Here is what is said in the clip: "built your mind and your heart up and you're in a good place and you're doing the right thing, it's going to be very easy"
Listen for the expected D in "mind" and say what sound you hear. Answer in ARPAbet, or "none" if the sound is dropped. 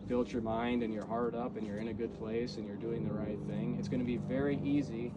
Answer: D